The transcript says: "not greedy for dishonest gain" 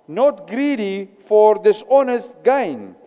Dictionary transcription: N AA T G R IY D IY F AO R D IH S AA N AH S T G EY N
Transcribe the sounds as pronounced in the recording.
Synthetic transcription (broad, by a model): N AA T G R IY D IY F AO R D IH S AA N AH S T G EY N